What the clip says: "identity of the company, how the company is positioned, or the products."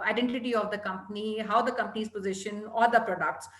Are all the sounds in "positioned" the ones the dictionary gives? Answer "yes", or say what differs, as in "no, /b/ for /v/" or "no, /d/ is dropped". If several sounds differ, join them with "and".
no, /d/ is dropped